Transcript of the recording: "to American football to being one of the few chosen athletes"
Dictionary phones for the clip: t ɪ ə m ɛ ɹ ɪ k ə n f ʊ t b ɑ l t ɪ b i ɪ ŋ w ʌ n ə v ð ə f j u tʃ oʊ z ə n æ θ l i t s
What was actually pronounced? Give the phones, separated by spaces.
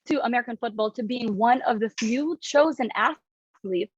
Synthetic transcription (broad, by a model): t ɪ ə m ɛ ɹ ɪ k ə n f ʊ t b ɑ l t ɪ b i ɪ ŋ w ʌ n ə v ð ə f j u tʃ oʊ z ə n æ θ l i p